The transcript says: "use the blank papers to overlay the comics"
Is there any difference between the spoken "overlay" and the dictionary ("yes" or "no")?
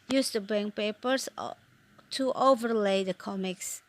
no